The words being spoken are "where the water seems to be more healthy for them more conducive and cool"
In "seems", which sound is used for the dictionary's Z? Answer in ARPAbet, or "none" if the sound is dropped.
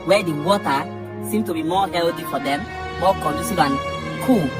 none